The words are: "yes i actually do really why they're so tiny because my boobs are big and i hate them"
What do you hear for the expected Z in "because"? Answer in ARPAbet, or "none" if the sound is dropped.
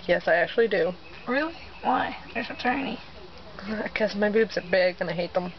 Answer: S